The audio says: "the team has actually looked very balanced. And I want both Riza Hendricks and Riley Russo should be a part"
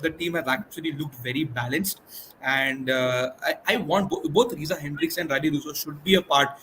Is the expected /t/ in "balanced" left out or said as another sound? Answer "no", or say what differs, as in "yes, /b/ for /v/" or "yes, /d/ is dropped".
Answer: no